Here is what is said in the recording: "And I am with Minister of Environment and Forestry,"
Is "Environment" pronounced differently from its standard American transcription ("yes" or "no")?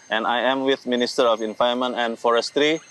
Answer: yes